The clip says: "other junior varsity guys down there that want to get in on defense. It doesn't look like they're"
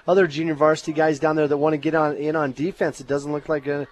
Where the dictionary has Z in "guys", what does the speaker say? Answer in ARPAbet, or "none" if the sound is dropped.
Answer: Z